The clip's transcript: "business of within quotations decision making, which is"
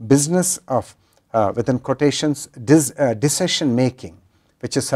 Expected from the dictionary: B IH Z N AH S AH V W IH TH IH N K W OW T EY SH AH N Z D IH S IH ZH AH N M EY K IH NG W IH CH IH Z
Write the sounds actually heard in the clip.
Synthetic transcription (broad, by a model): B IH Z N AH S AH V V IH T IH N K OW T EY SH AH N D D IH S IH SH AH N M EY K IH NG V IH CH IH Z